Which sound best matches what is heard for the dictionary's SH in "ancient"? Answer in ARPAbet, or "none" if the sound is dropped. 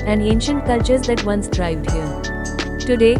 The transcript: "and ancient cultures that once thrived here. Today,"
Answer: SH